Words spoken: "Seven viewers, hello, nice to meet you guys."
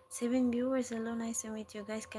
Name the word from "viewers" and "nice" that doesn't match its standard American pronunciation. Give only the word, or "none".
viewers